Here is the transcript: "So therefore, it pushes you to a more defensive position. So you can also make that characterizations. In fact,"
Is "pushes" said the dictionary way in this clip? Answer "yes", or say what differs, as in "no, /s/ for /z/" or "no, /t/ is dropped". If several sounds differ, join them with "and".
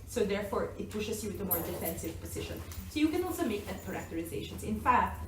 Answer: no, /s/ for /z/